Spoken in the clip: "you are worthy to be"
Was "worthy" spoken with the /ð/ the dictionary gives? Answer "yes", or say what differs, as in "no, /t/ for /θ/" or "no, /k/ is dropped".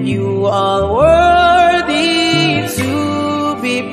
yes